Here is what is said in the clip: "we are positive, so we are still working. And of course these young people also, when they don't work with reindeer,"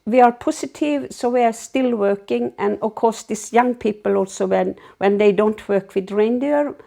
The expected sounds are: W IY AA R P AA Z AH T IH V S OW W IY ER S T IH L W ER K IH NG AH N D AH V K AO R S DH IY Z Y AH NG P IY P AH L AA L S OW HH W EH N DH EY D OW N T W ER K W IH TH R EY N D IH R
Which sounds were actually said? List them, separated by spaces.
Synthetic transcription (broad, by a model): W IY AA R P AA S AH T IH V S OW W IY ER S T IH L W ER K IH NG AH N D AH K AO S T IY S Y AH NG P IY P AH L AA L S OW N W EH N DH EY D OW N T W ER K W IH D R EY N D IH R